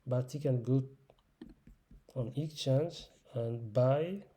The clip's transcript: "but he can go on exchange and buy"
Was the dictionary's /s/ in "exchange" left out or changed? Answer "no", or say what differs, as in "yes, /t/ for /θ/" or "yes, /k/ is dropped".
yes, /s/ is dropped